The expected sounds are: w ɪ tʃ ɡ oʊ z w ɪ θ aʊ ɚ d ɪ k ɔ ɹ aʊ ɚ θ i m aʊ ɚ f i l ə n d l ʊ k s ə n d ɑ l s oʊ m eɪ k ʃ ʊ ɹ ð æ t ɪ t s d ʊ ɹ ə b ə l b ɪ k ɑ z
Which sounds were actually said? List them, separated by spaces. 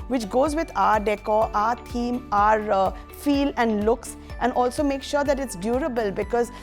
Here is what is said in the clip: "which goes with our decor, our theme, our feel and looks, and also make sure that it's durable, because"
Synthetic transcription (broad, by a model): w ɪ tʃ ɡ oʊ z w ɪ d aʊ ɚ d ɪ k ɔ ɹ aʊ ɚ t i m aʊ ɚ f i l ə n d l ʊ k s ə n d ɑ l s oʊ m eɪ k ʃ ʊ ɹ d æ t ɪ t s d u ɹ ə b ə l b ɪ k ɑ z